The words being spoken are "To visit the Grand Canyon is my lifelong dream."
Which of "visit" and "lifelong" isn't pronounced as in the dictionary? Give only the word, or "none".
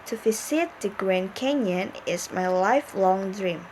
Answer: visit